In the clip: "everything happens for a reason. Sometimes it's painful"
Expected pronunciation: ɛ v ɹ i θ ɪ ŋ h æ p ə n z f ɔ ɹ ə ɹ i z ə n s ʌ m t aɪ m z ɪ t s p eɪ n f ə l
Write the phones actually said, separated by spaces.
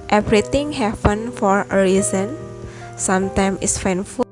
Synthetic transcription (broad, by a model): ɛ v ɹ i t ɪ ŋ h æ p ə n f ɔ ɹ ə ɹ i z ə n s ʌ m t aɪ m ɪ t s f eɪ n f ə